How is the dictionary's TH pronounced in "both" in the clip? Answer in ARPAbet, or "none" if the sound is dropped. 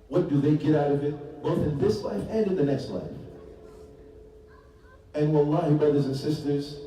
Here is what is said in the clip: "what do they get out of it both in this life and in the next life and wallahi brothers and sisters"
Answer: TH